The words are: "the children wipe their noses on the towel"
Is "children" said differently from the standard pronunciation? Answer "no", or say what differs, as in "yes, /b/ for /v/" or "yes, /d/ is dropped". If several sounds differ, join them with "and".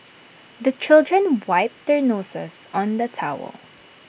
no